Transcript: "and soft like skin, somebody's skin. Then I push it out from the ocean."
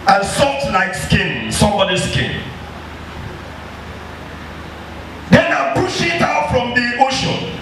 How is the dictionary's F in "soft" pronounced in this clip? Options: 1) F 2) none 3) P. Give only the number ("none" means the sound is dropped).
2